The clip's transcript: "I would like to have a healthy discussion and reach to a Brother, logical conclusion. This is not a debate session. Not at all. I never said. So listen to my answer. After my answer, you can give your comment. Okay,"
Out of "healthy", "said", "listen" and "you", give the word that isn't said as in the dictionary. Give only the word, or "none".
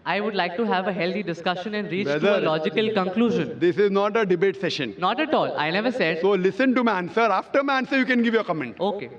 healthy